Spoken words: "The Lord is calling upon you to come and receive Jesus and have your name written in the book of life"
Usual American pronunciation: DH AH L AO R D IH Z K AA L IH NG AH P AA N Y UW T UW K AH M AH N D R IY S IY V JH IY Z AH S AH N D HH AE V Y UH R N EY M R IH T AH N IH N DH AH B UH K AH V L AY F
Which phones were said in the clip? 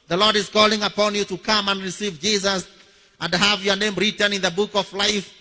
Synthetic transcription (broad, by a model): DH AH L AO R D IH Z K AA L IH NG AH P AA N Y UW T UW K AH M AH N D R IY S IY V JH IY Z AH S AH N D HH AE V Y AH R N EY M R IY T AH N IH N DH AH B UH K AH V L AY F